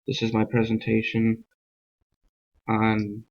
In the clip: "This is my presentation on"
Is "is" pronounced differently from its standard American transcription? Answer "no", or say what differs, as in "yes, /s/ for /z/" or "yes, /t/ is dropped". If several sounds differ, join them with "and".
no